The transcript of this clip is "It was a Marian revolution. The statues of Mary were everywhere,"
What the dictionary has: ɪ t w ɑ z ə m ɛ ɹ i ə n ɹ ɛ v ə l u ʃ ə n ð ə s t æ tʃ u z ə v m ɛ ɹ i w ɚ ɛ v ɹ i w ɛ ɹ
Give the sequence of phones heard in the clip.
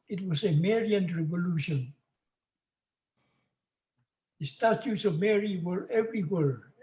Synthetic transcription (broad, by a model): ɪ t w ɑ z ə m ɛ ɹ i ə n ɹ ɛ v ə l u ʃ ə n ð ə s t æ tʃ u s ə v m ɛ ɹ i w ɚ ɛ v ɹ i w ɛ ɹ